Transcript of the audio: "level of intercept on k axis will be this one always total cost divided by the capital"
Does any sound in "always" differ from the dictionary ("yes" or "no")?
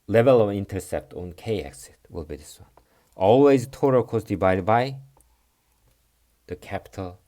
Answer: no